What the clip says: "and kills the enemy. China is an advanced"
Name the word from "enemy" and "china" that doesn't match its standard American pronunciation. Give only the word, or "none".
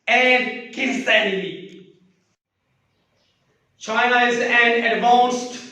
enemy